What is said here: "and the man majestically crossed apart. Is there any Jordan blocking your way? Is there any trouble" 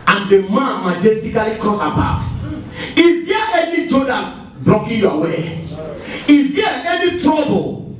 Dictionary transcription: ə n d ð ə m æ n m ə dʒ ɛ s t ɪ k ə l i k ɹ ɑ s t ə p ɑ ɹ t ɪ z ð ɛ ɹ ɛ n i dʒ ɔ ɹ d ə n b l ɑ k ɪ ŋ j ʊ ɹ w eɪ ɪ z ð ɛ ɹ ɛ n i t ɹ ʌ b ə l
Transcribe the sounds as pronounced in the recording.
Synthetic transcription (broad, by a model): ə n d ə m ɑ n m ə dʒ ɛ s t ɪ k ə l i k ɹ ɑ s ə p ɑ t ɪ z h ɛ ɛ n i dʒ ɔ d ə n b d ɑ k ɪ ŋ j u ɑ w eɪ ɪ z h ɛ ɛ n i t ɹ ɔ b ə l